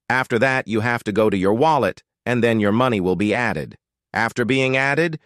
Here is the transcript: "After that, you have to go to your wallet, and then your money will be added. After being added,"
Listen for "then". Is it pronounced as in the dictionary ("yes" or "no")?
yes